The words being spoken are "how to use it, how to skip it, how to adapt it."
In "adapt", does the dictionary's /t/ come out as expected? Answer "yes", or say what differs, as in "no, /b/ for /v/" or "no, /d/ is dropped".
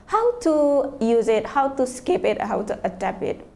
no, /t/ is dropped